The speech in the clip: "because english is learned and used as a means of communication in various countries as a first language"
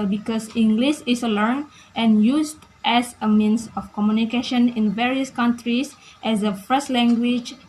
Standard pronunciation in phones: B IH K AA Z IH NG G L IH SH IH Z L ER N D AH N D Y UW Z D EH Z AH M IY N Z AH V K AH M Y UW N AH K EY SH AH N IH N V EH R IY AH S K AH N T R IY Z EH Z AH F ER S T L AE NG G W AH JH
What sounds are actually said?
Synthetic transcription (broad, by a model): B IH K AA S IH NG G L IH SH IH S L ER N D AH N Y UW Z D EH S AH M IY N S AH F K AH M Y UW N AH K EY SH AH N IH N V EH R IY AH S K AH N T R IY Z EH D AH F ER S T L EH NG G W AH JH